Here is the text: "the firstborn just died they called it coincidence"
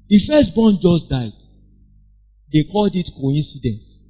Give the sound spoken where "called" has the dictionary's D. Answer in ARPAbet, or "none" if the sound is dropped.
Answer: D